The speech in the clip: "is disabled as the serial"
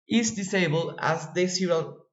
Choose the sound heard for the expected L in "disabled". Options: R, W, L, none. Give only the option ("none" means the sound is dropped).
L